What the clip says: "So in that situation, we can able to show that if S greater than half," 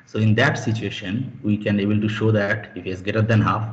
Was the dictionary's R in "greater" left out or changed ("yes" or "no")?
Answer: yes